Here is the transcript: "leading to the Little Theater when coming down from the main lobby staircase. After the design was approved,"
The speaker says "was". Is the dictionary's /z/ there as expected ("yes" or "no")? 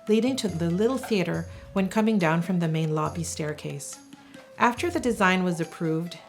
yes